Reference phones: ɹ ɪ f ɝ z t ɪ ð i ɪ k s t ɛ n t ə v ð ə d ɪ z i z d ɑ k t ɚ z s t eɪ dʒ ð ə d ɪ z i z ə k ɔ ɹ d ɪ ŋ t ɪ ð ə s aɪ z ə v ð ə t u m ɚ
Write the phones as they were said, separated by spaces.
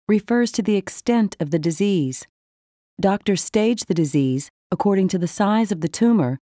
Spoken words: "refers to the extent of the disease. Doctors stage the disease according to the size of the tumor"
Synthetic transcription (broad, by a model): ɹ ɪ f ɝ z t ɪ ð i ɪ k s t ɛ n t ə v ð ə d ɪ z i z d ɑ k t ɚ s t eɪ dʒ ð ə d ɪ z i z ə k ɔ ɹ d ɪ ŋ t ɪ ð ə s aɪ z ə v ð ə t u m ɚ